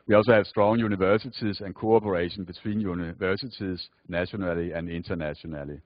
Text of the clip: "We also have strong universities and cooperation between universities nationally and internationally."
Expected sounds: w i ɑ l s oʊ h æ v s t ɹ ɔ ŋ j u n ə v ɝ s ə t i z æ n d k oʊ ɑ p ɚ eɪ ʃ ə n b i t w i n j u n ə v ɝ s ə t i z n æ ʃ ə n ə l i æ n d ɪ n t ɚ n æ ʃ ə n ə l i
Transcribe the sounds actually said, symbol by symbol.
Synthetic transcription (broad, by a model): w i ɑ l s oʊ h æ v s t ɹ ɔ ŋ j u n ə v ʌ s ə s i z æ n k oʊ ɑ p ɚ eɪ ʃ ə n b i s w i n j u n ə v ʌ s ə s i s n æ ʃ ə n ə l i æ n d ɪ n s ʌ n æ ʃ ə n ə l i